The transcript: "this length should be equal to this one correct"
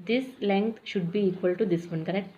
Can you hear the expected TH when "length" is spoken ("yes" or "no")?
no